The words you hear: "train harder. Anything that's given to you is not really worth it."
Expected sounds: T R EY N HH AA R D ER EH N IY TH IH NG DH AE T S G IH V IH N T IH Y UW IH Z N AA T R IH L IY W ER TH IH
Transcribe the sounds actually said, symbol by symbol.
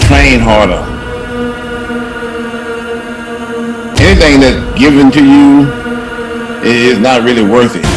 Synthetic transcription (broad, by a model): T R EY N HH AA R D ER EH N IY TH IH NG DH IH T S G IH V IH N T IH Y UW IH Z N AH T R IH L IY W ER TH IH